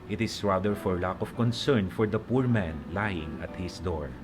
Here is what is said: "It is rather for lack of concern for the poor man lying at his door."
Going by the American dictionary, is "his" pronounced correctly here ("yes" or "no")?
no